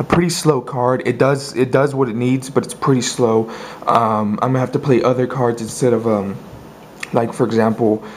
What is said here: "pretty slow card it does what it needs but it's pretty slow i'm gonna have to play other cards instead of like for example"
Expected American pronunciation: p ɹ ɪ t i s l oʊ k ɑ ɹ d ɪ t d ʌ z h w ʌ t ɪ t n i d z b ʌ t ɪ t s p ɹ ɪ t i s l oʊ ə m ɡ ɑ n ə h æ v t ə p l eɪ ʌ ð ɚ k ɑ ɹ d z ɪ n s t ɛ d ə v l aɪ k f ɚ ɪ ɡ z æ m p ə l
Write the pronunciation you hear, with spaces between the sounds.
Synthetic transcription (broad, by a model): p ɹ ɪ t i s l oʊ k ɑ ɹ d ɪ t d ʌ z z w ʌ t ɪ t n i d z b ʌ t ɪ t s p ɹ ɪ t i s l oʊ ə m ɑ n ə h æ f t ə p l eɪ ʌ ð ɚ k ɑ ɹ d z ɪ n s t ɛ d ə v l aɪ k f ɚ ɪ ɡ z æ m p l